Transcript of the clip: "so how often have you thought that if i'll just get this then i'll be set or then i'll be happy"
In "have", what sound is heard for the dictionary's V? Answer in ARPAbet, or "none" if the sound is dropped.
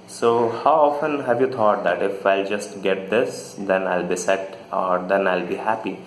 V